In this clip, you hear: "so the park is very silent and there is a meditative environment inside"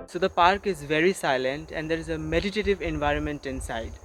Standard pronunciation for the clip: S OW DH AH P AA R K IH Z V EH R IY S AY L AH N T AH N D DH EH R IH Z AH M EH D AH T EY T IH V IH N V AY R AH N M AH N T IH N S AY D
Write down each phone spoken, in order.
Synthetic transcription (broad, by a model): S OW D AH P AA R K IH Z V EH R IY S AY L AH N T AH N D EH R IH Z AH M EH D AH T EY T IH V IH N V AY R AH N M AH N T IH N S AY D